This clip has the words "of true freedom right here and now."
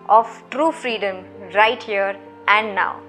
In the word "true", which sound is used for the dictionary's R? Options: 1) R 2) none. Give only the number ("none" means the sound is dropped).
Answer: 1